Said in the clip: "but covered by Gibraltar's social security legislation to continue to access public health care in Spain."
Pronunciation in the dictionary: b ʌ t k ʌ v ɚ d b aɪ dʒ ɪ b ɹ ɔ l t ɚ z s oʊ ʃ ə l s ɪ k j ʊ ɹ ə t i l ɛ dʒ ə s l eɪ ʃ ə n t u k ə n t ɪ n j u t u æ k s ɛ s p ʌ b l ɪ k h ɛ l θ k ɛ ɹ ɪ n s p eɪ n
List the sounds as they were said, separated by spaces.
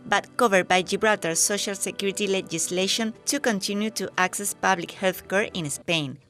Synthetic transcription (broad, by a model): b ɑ t k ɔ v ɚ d b aɪ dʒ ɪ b ɹ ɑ t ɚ s oʊ ʃ ə l s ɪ k j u ɹ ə t i l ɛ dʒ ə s l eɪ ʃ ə n t u k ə n t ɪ n j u t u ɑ k s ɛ s p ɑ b l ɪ k h ɛ l θ k ɛ ɹ ɪ n s p eɪ n